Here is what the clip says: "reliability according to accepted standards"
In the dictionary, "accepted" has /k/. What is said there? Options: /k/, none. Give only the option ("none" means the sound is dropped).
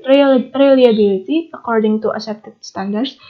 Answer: none